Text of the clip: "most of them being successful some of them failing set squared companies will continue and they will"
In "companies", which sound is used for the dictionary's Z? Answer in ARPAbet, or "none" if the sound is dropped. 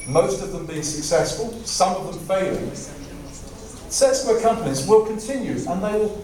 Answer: Z